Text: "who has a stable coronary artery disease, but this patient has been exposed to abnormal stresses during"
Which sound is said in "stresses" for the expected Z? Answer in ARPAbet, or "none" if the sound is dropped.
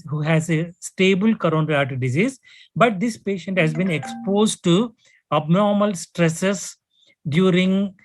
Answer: S